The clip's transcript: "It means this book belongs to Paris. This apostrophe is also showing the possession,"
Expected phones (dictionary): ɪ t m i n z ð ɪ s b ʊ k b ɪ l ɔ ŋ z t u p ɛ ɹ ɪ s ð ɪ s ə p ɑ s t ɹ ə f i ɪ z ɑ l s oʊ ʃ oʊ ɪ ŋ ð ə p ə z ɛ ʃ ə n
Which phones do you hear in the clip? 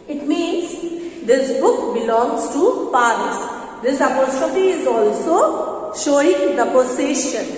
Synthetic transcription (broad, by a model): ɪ t m i n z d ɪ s b ʊ k b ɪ l ɔ ŋ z t u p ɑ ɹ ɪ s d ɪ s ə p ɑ s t ə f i ɪ z ɑ l s oʊ ʃ oʊ ɪ ŋ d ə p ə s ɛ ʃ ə n